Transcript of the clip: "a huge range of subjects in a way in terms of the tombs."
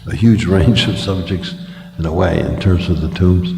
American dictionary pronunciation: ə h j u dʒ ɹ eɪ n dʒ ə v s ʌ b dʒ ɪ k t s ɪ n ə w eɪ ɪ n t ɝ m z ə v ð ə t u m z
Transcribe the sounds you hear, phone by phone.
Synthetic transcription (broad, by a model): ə h j u dʒ ɹ eɪ n dʒ ə v s ʌ b dʒ ɪ k t s ɪ n ə w eɪ ɪ n t ɝ m z ə v ð ə t u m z